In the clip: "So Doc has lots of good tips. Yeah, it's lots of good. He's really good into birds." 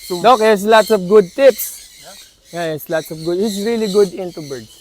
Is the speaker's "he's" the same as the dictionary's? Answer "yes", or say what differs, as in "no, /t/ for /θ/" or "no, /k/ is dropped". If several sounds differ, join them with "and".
no, /s/ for /z/